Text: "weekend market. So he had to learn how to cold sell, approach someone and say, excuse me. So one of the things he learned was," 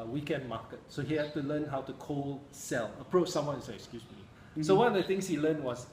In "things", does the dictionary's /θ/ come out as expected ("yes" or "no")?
no